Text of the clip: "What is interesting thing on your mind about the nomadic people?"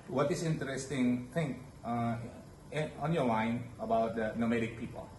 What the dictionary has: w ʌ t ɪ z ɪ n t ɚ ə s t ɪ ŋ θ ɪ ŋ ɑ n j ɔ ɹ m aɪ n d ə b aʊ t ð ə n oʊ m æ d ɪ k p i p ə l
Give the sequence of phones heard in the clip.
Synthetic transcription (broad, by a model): w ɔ t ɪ s ɪ n t ɚ ə s t ɪ ŋ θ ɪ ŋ ɑ n j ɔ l aɪ n ə b aʊ t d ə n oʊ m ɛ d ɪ k p i p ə l